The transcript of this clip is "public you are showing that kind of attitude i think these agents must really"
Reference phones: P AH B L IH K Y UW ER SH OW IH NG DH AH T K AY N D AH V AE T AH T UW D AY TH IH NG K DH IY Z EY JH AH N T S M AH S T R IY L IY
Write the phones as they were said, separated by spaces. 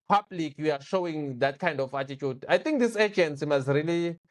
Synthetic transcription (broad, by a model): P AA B L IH K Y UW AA SH OW IH NG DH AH T K AY N D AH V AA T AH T UW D AY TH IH NG K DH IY S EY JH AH N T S M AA S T R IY L IY